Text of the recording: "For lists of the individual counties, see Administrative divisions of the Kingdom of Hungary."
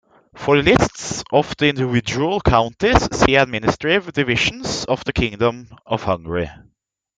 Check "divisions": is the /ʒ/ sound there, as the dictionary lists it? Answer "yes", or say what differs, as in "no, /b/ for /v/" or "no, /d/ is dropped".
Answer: no, /ʃ/ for /ʒ/